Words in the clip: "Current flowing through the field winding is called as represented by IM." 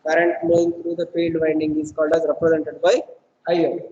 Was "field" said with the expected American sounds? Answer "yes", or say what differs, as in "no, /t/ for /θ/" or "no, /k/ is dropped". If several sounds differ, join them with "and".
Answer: no, /p/ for /f/